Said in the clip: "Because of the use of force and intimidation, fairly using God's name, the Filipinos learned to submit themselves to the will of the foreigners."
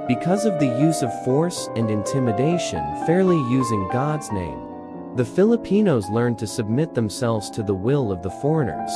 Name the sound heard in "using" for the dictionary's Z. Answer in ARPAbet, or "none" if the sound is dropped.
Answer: Z